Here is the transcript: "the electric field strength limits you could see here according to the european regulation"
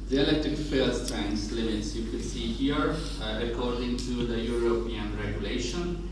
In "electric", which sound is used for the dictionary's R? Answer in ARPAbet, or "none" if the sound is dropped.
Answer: none